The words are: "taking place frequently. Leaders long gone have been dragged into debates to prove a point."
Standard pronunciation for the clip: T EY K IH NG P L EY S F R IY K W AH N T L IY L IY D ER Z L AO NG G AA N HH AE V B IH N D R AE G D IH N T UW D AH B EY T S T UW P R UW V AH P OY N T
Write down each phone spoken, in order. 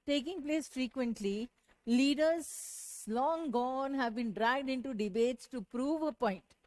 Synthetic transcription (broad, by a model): T EY K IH NG P L EY S F R IY K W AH N T L IY L IY D ER Z L AO NG G AA N HH AE V B IH N D R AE G D IH N T UW D AH B EY T S T UW P R UW V AH P OY N T